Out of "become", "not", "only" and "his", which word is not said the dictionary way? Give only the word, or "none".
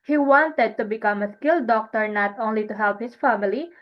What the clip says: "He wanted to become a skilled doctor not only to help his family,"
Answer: his